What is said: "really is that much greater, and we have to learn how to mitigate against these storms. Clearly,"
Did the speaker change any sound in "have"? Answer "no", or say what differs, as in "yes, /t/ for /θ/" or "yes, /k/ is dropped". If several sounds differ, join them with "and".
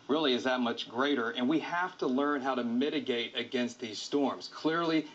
yes, /f/ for /v/